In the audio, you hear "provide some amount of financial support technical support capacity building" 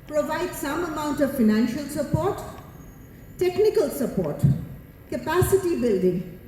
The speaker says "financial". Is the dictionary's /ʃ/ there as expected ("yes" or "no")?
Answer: yes